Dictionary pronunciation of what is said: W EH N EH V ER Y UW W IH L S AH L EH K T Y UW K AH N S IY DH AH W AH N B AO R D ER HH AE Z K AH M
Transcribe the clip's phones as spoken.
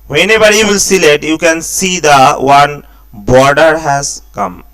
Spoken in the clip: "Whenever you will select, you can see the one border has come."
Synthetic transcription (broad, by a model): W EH N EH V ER Y UW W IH L S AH L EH T Y UW K AH N S IY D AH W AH N B AO R D ER HH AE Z K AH M